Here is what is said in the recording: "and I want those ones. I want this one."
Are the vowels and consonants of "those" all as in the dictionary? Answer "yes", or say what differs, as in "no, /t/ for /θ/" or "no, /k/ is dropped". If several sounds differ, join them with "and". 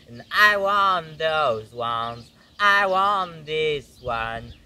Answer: yes